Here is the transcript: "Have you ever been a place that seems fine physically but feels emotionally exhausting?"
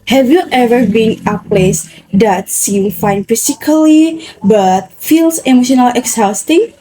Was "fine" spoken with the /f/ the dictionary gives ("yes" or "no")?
yes